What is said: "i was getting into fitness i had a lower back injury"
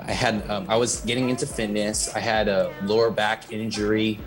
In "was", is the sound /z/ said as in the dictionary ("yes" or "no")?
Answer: yes